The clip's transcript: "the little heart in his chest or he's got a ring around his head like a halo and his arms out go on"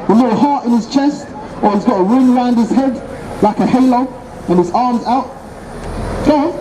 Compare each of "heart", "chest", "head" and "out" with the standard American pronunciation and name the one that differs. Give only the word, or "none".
none